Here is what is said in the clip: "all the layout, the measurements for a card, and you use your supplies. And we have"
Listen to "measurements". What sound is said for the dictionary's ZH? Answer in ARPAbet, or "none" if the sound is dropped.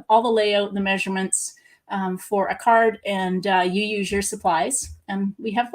ZH